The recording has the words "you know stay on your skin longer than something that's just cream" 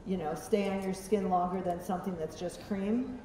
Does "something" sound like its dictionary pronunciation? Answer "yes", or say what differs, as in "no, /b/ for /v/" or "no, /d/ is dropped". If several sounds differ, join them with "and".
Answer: yes